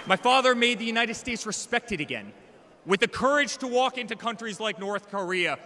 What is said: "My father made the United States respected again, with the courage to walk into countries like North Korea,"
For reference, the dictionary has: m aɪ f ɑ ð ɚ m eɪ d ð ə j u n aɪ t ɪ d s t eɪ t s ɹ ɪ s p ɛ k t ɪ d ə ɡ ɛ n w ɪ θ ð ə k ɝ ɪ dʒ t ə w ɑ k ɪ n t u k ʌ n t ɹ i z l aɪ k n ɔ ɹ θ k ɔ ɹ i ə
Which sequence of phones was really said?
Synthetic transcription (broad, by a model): m aɪ f ɑ ð ɚ m eɪ d ð ə j u n aɪ t ɪ d s t eɪ t s ɹ ɪ s p ɛ k t ɪ d ə ɡ ɛ n w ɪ ð ə k ɝ ɪ dʒ t ə w ɑ k ɪ n t u k ʌ n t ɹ i z l aɪ k n ɔ ɹ θ k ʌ ɹ i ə